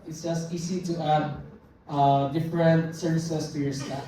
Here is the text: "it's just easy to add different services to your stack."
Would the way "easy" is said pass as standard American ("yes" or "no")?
no